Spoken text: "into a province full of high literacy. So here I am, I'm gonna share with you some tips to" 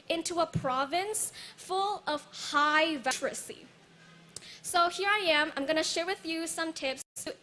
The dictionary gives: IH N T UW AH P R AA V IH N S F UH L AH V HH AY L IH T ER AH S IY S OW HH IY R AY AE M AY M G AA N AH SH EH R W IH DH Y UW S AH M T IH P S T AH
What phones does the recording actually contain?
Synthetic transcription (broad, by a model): IH N T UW AH P R AA V IH N S F UH L AH V HH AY IH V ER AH S IY S OW HH IY R AY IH M AY M G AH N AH SH EH R W IH DH Y UW S AH M T IH P S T